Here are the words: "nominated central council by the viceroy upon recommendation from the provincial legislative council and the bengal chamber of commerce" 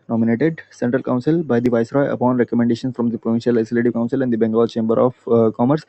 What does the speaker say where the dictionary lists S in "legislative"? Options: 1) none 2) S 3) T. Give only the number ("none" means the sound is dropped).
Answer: 1